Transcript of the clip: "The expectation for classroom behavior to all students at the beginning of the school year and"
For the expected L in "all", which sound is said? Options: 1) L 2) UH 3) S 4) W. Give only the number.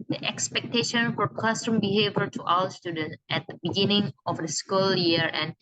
4